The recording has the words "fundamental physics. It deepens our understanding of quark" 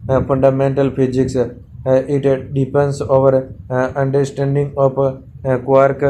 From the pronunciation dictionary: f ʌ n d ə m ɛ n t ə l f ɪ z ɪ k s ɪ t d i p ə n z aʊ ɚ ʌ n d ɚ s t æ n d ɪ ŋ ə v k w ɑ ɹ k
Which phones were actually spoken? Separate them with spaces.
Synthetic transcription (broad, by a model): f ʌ n d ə m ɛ n t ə l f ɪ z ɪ k s ɪ t d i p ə n s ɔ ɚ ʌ n d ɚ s t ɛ n d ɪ ŋ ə p k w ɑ ɹ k